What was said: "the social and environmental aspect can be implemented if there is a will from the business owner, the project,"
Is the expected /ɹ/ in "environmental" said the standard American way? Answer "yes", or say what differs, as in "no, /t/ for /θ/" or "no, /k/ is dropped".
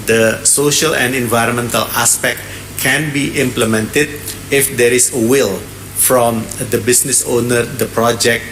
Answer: yes